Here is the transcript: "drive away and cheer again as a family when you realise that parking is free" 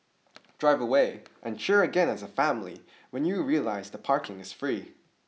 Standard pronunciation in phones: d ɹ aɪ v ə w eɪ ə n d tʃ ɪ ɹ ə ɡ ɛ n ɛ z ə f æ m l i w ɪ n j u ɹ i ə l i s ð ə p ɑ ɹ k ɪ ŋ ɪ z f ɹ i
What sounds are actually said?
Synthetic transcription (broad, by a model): d ɹ aɪ v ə w eɪ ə n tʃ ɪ ɹ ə ɡ ɛ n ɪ z ə f æ m l i w ɪ n j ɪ ɹ i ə l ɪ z ð ə p ɑ ɹ k ɪ ŋ ɪ z f ɹ i